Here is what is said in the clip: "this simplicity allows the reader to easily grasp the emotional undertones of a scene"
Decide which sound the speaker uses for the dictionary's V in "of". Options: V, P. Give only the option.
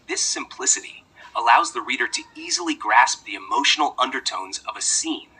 V